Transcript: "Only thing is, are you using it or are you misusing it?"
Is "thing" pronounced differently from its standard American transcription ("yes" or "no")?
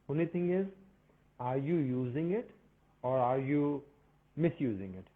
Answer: yes